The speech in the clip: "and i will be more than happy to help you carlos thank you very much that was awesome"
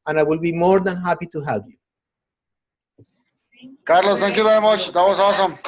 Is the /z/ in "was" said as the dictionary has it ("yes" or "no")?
no